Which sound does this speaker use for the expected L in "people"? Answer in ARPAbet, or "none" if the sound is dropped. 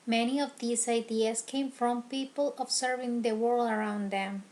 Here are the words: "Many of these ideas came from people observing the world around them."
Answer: L